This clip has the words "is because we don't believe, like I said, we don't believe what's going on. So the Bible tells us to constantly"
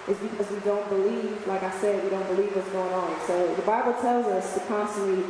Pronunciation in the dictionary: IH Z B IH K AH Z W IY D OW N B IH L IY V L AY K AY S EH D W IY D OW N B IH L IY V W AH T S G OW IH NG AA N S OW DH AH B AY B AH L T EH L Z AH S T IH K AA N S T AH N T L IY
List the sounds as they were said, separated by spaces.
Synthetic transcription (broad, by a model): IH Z B IH K AH Z W IY D OW N B IH L IY V L AY K AY S EH D W IY D OW N B IH L IY V W AH T S G OW IH NG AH N S OW DH AH B AY B L T EH L Z AH S T IH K AA N S T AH N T L IY